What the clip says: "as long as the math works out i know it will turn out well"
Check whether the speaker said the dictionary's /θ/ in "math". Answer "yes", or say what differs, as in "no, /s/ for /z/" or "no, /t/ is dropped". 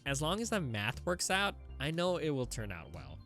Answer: yes